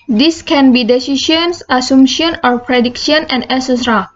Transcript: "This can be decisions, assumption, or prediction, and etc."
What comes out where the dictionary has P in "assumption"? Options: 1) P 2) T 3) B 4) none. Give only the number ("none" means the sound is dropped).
4